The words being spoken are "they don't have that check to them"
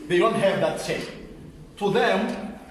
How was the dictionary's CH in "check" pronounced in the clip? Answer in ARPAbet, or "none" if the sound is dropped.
S